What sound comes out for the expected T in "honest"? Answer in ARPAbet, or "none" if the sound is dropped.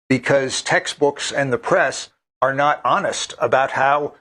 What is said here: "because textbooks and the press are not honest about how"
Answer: T